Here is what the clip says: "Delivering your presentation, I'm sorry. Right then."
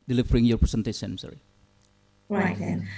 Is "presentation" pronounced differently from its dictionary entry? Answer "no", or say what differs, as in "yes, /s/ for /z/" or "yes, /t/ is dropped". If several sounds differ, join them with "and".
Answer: yes, /s/ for /z/ and /s/ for /ʃ/